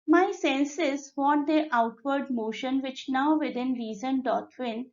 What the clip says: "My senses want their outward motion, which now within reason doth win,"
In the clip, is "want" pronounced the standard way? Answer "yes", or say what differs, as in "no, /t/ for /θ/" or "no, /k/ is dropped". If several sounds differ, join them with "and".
no, /n/ is dropped